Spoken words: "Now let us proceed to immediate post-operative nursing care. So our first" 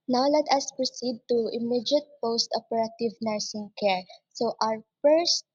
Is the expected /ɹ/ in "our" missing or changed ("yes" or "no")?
no